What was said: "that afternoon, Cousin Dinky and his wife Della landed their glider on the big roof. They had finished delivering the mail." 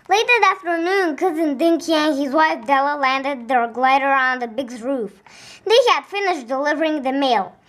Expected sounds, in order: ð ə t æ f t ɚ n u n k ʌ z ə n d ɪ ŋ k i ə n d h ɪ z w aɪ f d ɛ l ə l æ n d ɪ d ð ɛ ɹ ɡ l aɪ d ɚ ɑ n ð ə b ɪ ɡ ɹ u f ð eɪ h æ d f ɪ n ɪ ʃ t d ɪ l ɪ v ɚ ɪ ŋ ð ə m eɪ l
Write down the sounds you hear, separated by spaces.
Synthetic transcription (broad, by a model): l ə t æ f t ɚ n u n k ʌ z ə n d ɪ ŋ k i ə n h ɪ z w aɪ f d ɛ l ə l æ n d ɪ d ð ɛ ɹ ɡ l aɪ d ɚ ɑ n ð ə b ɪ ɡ ɹ u f ð eɪ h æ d f ɪ n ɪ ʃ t d ɪ l ɪ v ɚ ɪ ŋ ð ə m eɪ l